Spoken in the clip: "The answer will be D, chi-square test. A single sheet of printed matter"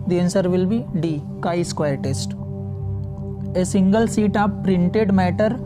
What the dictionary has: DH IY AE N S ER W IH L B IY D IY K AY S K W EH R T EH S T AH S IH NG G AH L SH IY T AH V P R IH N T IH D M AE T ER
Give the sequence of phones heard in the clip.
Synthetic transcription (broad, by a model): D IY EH N S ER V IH L B IY D IY K AY S K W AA R T EH S T AH S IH NG G AH L S IY T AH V P R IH N T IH D M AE T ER